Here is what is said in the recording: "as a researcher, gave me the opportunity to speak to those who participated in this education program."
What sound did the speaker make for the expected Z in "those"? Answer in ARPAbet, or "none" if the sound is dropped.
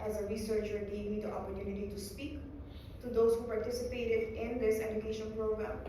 S